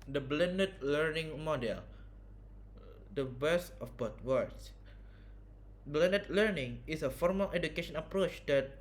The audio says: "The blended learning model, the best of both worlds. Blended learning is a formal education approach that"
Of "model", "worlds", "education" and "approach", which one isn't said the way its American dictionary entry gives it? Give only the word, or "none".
worlds